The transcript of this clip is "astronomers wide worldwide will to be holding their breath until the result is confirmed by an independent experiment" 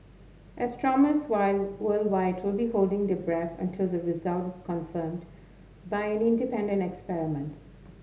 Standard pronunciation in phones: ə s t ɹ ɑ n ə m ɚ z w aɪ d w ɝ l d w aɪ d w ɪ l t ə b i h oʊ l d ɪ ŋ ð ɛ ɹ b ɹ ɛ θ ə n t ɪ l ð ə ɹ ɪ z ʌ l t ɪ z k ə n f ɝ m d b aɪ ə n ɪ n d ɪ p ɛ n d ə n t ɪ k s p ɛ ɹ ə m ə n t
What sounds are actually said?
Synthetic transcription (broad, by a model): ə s t ɹ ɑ m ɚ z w aɪ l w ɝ l d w aɪ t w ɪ l b i h oʊ l d ɪ ŋ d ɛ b ɹ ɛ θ ə n t ɪ l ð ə ɹ ɪ z ʌ l t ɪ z k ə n f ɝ m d b aɪ ə n ɪ n d ɪ p ɛ n d ə n t ɪ k s p ɛ ɹ ə m ə n t